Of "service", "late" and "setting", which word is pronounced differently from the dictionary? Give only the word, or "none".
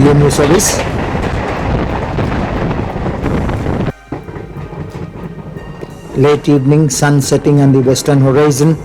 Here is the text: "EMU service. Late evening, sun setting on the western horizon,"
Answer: service